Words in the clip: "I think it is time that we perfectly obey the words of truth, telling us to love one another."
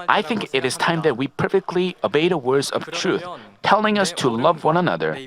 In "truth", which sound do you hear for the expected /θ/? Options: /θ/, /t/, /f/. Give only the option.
/θ/